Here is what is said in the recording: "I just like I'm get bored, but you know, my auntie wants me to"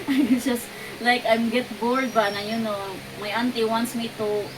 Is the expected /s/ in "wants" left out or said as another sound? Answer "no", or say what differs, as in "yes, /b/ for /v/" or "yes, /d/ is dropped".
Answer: no